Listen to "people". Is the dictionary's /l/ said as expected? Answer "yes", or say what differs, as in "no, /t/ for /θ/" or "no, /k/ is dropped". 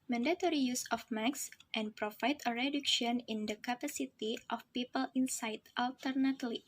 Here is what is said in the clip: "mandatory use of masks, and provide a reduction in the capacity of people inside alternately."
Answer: yes